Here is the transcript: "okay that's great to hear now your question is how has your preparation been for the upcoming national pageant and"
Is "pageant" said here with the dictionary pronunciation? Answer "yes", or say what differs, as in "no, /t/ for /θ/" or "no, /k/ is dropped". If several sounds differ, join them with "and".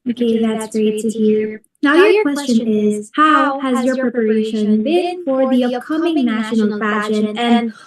no, /t/ is dropped